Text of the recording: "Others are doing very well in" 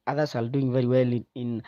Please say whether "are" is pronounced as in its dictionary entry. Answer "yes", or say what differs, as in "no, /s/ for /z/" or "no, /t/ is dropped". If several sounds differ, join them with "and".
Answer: no, /l/ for /ɹ/